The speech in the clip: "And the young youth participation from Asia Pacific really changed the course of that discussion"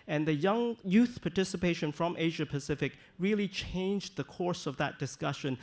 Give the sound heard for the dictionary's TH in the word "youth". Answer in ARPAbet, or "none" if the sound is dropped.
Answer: TH